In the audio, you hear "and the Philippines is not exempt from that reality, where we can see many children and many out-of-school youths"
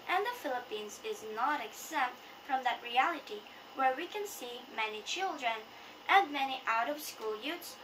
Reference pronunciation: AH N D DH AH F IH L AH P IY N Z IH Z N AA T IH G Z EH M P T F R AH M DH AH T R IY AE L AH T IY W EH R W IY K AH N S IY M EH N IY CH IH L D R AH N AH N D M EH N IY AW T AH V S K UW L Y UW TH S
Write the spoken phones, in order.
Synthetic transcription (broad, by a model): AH N DH AH F IH L AH P IY N Z IH Z N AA T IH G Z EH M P T F R AH M DH AH T R IY AE L AH T IY W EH R W IY K AH N S IY M EH N IY CH IH L D R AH N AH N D M EH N IY AW T AH V S K UW L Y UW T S